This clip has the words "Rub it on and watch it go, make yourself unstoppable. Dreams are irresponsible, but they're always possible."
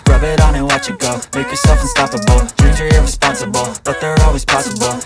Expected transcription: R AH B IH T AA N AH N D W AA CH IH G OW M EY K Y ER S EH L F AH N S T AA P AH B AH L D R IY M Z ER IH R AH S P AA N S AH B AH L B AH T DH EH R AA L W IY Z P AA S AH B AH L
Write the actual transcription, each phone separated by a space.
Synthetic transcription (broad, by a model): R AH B IH T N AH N W AA CH IH G OW M EY K Y ER S EH L F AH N S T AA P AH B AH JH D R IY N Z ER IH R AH S P AA N S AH B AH L B AH T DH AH R AA L W IY Z P AA S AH B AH L